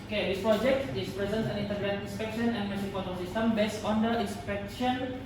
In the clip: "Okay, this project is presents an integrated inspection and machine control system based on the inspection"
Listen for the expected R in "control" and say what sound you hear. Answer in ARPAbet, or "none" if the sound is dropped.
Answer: none